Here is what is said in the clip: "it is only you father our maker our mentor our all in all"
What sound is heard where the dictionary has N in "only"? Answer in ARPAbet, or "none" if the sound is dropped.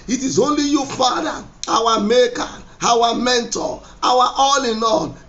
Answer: N